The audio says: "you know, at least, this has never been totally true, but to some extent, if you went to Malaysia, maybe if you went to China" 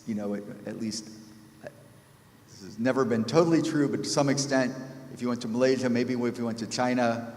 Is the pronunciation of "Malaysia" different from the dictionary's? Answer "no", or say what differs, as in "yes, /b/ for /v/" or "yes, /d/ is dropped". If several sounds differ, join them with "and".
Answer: no